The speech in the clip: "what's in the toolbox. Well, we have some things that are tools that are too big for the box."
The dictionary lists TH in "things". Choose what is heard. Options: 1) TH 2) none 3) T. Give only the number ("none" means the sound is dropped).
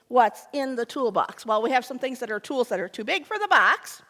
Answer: 1